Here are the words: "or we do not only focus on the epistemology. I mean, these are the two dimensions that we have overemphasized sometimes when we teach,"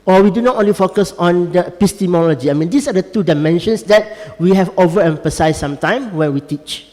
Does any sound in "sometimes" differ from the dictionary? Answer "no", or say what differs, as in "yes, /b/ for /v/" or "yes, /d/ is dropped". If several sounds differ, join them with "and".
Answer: yes, /z/ is dropped